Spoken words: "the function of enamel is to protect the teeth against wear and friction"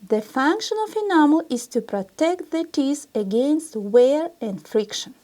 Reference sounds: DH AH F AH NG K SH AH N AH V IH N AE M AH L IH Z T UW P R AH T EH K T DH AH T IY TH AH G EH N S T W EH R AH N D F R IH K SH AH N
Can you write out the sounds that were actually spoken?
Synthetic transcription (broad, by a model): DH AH F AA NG K SH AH N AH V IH N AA M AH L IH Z T UW P R AH T EH K T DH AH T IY S AH G EH N S T W EH R AH N D F R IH K SH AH N